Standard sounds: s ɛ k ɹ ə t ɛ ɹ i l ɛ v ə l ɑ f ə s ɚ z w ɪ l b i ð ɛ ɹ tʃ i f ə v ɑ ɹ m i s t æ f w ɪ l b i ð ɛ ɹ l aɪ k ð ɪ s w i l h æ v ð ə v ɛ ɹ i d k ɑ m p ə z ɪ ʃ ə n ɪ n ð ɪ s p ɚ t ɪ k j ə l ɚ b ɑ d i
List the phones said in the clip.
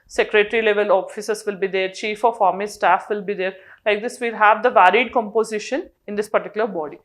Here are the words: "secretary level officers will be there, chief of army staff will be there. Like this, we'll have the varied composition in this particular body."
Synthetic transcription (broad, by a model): s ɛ k ɹ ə t ɹ i l ɛ v ə l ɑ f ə s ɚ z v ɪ l b i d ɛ ɹ tʃ i f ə f ɑ ɹ m i s t æ f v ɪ l b i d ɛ ɹ l aɪ k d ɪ s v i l h æ v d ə v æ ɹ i d k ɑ m p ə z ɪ ʃ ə n ɪ n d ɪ s p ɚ t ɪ k j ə l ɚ b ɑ d i